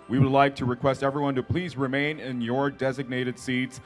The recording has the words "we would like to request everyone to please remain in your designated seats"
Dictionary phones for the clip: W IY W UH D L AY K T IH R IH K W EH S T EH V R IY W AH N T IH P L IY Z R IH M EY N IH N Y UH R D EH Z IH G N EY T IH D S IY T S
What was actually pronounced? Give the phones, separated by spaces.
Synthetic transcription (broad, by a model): W IY W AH D L AY K T IH R IH K W EH S T EH V R IY W AH N T IH P L IY Z R IH M EY N IH N Y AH R D EH Z IH G N EY T IH D S IY T S